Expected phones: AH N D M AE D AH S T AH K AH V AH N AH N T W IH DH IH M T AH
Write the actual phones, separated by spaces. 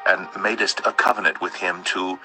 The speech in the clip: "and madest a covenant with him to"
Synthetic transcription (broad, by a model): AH N M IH D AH S T AH K AH V AH N AH N T W IH DH IH M T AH